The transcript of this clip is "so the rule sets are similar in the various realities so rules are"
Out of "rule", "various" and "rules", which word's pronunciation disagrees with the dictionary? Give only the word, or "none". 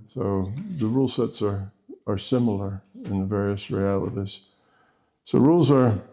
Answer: none